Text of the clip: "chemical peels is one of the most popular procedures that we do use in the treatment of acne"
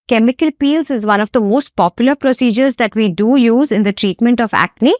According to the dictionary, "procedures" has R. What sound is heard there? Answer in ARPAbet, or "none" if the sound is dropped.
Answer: R